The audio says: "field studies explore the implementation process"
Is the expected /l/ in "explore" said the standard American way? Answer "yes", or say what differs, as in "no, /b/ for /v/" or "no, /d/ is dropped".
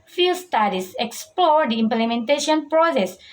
yes